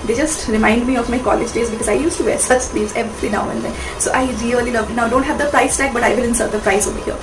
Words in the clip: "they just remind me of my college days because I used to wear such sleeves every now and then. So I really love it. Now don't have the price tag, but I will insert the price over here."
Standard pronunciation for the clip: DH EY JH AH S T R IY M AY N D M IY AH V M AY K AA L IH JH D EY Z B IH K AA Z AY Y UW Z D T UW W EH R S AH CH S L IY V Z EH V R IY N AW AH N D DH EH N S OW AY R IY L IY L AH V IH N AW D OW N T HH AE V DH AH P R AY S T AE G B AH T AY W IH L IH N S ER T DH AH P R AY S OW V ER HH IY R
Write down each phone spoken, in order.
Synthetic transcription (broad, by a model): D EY JH AH S T R IY M AY N D M IY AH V M AY K AA L IH JH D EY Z B IH K AA Z AY Y UW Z T UW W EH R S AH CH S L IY Z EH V L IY N AW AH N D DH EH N S OW AY R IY L IY L AH V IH N AW D OW N T HH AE V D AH P R AY S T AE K B AH T AY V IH L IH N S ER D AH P R AY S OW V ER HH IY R